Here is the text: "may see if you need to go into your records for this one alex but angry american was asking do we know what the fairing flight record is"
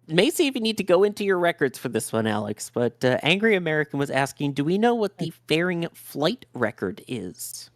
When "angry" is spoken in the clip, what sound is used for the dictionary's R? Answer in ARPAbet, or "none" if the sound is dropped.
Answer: R